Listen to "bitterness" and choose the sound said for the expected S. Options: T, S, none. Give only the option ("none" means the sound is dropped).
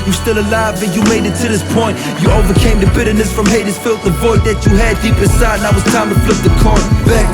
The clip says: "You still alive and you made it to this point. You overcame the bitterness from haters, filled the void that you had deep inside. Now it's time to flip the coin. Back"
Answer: S